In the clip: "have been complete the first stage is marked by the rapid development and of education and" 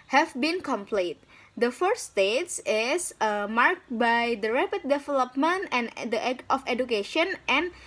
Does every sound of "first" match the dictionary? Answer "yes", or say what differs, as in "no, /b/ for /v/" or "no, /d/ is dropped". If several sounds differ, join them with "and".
no, /s/ is dropped